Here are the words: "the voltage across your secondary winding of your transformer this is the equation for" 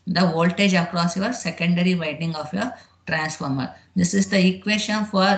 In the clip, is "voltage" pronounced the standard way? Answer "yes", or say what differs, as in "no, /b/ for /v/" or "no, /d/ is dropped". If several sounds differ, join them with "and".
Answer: yes